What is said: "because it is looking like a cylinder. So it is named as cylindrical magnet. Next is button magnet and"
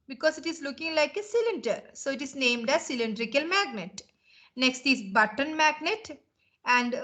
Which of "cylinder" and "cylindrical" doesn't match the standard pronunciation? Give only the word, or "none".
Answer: none